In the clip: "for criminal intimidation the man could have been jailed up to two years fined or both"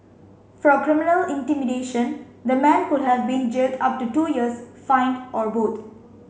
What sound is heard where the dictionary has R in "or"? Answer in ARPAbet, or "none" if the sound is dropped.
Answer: R